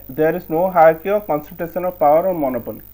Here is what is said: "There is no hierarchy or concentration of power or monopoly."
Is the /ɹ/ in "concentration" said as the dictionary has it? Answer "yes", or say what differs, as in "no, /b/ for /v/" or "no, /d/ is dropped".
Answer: no, /ɹ/ is dropped